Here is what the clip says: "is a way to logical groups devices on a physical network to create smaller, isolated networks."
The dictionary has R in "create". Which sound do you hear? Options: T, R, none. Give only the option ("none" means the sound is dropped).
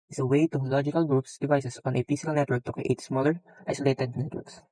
none